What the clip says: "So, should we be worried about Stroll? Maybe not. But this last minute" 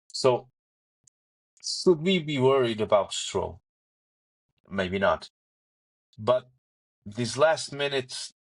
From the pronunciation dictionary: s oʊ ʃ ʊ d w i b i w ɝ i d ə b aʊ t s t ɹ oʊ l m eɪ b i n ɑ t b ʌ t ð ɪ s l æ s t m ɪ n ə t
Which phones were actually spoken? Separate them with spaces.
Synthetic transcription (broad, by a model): s oʊ ʃ ʊ d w i b i w ɝ i d ə b aʊ t s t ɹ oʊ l m eɪ b i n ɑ t b ʌ t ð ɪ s l æ s t m ɪ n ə t